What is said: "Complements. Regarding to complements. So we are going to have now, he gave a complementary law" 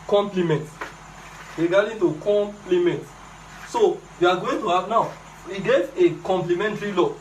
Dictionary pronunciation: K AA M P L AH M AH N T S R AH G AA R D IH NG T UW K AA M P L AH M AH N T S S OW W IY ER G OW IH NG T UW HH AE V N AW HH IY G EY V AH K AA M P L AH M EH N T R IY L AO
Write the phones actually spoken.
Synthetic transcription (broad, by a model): K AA M P L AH M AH N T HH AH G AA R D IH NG T UW K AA M P L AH M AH N T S S OW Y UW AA G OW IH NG T UW HH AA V N AW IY G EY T AH K AA M P L AH M EH N T R IY L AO